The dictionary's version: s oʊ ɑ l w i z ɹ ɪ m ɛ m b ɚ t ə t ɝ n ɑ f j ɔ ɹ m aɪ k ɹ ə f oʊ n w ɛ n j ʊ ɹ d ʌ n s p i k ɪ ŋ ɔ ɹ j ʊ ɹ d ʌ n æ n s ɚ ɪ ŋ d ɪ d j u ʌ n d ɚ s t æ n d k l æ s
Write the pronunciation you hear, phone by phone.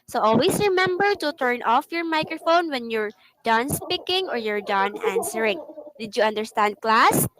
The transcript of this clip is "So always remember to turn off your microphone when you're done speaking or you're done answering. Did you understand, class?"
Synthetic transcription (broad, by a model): s oʊ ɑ l w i s ɹ ɪ m ɛ m b ɚ t ə t ɝ n ɑ f j ɔ ɹ m aɪ k ɹ ə f oʊ n w ɛ n j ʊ ɹ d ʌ n s p i k ɪ ŋ ɔ ɹ j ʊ ɹ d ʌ n æ n s ɚ ɪ ŋ d ɪ d j u ʌ n d ɚ s t æ n d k l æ s